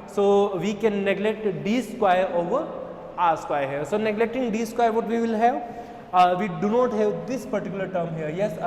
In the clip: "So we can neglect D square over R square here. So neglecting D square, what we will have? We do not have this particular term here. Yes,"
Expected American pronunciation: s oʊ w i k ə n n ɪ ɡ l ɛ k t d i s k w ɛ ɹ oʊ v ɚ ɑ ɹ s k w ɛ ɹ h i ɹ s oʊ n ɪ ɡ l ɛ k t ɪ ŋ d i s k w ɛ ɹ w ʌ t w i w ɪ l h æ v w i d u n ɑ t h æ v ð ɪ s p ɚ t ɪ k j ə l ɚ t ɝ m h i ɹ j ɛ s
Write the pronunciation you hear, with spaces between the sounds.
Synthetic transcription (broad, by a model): s oʊ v i k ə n n ɪ ɡ l ɛ k t d i s k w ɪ ɹ oʊ v ɚ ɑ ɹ s k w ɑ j h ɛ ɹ s oʊ n ɪ ɡ l ɛ k t ɪ ŋ d i s k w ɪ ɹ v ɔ t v i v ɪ l h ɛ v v i d u n ɑ t h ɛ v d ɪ s p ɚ t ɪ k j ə l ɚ t ɝ m h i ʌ j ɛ s